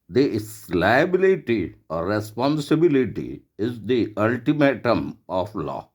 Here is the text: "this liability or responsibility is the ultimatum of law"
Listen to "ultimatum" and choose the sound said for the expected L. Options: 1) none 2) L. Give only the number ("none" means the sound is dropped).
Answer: 2